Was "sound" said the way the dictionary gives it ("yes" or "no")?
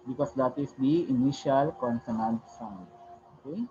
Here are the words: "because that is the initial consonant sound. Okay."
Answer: no